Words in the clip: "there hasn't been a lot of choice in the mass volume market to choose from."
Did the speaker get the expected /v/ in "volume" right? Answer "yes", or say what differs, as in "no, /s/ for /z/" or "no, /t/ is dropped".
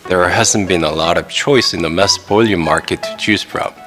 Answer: no, /p/ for /v/